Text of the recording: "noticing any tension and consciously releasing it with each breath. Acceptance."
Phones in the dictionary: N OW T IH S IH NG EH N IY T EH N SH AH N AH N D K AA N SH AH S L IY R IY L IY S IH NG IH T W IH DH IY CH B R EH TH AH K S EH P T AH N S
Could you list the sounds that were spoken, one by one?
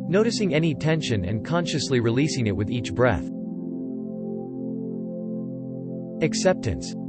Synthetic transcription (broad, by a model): N OW T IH S IH NG EH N IY T EH N SH AH N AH N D K AA N SH AH S L IY R IY L IY S IH NG IH T W IH DH IY CH B R EH TH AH K S EH P T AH N S